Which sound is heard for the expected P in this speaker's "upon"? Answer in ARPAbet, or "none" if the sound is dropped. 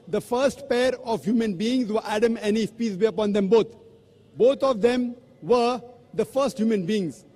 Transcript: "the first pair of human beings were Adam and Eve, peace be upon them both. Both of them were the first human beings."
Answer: P